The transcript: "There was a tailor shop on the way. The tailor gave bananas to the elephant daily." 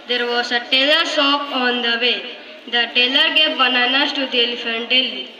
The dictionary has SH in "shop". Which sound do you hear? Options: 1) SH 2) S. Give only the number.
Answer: 2